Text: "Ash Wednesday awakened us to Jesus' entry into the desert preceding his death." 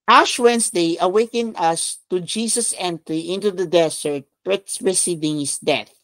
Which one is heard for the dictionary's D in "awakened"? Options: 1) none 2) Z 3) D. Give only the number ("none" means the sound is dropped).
1